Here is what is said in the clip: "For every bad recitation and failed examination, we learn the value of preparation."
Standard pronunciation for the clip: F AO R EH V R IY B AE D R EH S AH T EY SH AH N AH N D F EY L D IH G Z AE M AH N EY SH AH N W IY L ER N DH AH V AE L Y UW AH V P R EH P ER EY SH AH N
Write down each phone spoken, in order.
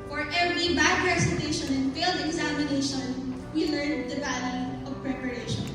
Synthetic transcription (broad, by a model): F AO R EH V R IY B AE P R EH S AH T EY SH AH N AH N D F EY L D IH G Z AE M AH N EY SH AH N W IY L ER N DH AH B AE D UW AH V P R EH P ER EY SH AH N